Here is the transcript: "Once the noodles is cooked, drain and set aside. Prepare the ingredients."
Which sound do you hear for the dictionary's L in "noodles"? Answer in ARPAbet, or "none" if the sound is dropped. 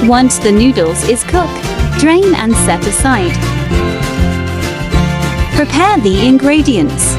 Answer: L